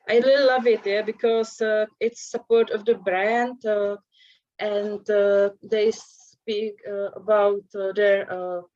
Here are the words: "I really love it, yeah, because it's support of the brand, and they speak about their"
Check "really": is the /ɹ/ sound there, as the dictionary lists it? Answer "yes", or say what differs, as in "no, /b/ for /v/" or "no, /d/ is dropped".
no, /l/ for /ɹ/